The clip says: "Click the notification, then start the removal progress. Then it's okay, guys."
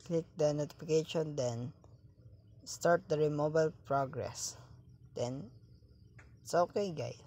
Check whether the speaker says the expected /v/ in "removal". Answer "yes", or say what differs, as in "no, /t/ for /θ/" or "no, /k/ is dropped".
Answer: no, /b/ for /v/